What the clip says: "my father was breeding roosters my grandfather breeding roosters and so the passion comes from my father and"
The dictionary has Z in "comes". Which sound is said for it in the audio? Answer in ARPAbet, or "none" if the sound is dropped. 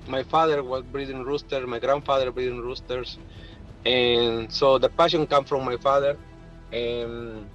none